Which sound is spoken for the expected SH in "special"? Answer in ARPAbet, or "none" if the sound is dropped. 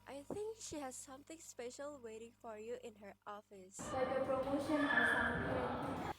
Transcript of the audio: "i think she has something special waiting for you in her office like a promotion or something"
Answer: SH